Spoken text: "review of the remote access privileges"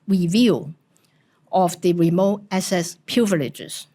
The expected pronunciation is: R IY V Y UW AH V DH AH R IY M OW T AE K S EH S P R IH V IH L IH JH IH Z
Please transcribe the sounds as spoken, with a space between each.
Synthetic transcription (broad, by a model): R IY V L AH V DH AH R IY M OW T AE S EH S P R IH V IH L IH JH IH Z